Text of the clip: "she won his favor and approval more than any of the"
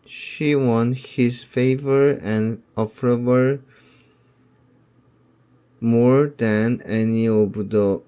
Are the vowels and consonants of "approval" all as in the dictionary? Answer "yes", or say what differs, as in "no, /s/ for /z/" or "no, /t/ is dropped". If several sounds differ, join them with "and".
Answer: no, /f/ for /p/